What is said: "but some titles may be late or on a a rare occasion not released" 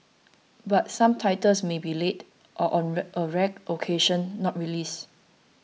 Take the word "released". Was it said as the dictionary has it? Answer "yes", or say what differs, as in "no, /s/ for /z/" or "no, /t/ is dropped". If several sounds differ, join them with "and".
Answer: no, /t/ is dropped